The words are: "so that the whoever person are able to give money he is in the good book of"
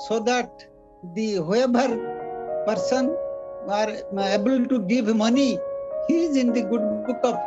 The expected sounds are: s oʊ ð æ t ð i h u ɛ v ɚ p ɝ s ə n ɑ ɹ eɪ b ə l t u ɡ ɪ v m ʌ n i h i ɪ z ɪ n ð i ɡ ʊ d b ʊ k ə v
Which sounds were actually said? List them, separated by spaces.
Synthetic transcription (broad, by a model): s oʊ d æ t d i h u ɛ b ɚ p ɝ s ə n ɑ ɹ eɪ b ə l t u ɡ ɪ v m ʌ n i h i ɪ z ɪ n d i ɡ ʊ d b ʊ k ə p